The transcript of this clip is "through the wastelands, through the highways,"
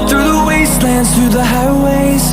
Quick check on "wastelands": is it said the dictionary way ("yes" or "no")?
yes